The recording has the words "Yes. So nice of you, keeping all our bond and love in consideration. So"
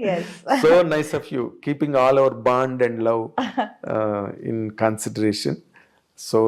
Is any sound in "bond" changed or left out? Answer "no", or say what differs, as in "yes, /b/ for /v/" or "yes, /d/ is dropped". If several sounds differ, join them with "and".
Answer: no